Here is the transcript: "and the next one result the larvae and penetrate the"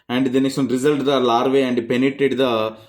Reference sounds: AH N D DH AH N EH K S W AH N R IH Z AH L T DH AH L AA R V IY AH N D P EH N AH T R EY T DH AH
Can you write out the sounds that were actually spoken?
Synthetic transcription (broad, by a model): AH N D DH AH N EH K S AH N R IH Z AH L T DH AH L AA R V IY AH N D P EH N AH T EY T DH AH